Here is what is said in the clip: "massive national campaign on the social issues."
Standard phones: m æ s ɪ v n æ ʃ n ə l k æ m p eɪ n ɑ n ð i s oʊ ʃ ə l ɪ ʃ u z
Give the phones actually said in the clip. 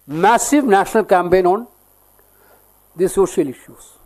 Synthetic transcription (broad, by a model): m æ s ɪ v n æ ʃ n ə l k æ m p eɪ n ɑ n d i s oʊ ʃ ə l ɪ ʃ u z